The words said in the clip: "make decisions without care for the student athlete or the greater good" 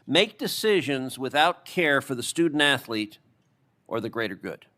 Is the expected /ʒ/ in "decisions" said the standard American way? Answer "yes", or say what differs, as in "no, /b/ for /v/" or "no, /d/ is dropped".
yes